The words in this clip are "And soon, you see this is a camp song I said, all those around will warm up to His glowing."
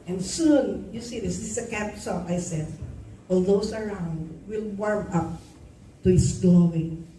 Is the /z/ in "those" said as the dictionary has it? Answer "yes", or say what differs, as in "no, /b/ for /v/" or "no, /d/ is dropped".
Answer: no, /s/ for /z/